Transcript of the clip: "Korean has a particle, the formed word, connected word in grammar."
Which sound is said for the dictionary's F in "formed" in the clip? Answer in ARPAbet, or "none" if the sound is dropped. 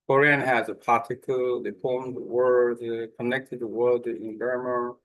P